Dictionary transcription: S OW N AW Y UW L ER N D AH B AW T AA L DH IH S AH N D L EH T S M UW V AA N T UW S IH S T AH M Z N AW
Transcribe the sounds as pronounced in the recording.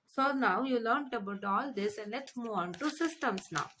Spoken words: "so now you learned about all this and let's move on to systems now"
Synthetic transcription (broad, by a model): S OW N AW Y UW L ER N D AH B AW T AA L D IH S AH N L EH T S M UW AA N T UW S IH S T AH M S N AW